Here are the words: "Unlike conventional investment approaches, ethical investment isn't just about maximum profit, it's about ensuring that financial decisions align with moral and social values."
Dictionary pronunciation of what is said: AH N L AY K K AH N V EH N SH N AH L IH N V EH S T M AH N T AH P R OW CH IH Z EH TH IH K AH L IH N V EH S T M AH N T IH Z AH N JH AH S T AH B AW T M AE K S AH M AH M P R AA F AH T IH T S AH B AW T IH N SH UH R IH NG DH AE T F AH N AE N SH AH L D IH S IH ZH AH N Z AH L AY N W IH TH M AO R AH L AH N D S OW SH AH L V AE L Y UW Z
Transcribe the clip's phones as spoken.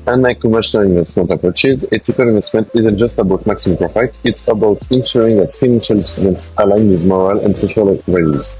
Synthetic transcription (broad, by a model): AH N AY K K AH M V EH SH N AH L IH N V EH S T M AH N T AH P R OW CH IH Z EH T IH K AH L IH N V EH S T M AH N T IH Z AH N JH AH S T AH B AW T M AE K S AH M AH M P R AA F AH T IH T S AH B AW T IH N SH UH R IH NG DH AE T F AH N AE N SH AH L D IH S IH Z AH N S AH L AY N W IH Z M AO R AH L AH N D S OW SH AH L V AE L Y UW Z